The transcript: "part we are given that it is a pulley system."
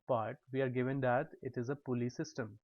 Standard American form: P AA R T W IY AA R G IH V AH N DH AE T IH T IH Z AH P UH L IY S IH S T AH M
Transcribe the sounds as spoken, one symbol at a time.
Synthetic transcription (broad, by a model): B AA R T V IY AA R G IH V AH N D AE T IH T IH Z AH P UH L IY S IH S T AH M